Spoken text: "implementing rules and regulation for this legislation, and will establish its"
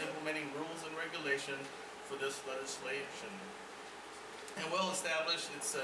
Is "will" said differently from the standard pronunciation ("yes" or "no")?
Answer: no